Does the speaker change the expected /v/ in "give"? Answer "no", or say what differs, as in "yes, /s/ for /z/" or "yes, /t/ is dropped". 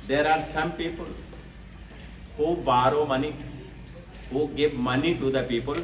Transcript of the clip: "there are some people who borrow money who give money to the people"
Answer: yes, /p/ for /v/